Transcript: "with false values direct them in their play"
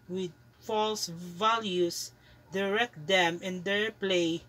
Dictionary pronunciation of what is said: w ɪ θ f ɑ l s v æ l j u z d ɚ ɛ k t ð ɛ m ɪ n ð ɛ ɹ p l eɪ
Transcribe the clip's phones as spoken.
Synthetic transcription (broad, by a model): w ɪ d f ɑ l s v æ l j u s d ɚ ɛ k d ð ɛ m ɪ n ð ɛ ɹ p l eɪ